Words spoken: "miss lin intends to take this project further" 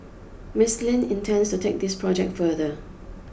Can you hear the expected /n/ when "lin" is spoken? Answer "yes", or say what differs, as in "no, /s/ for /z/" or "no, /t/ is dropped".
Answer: yes